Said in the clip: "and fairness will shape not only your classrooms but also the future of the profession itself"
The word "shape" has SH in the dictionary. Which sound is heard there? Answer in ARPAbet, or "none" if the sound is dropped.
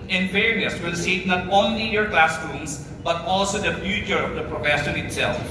S